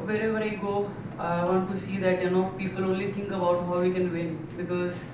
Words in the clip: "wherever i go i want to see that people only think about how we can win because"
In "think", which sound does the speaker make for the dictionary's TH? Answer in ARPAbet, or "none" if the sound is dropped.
T